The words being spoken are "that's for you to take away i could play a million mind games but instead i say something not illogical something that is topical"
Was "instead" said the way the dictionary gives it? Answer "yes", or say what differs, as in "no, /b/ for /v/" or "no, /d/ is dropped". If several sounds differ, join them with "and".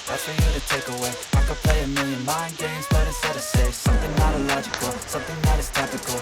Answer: no, /n/ is dropped